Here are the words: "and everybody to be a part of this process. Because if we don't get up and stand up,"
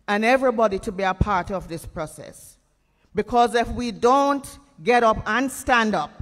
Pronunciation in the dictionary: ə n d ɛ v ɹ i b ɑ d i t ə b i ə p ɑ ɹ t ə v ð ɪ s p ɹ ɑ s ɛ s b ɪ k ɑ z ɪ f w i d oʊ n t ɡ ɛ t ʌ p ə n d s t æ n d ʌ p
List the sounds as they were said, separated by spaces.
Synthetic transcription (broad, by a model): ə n ɛ v ɹ i b ɑ d i t ə b i ə p ɑ ɹ t ə v ð ɪ s p ɹ ɑ s ɛ s b ɪ k ɑ z ɪ f w i d oʊ n t ɡ ɛ t ʌ p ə n s t æ n d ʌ p